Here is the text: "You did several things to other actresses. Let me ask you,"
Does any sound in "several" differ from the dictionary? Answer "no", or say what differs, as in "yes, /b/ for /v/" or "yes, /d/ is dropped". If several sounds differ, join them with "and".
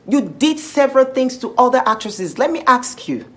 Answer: no